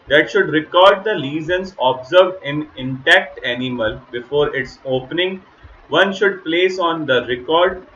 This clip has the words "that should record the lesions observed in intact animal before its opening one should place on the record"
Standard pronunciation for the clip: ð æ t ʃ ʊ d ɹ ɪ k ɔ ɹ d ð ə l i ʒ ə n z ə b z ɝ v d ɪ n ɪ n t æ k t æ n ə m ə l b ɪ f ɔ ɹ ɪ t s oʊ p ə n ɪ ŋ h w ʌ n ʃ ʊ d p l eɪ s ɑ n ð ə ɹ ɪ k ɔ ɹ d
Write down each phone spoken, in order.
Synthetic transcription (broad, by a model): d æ t ʃ ʊ d ɹ ɪ k ɔ ɹ d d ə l i z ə n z ə b z ɝ v d ɪ n ɪ n t æ k t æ n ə m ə l b ɪ f ɔ ɹ ɪ t s oʊ p ə n ɪ ŋ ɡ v ʌ n ʃ ʊ d p l eɪ s ɑ n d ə ɹ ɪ k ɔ ɹ d